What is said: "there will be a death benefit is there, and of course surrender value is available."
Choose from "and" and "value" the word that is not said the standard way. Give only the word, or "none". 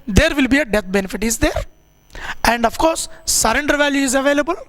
none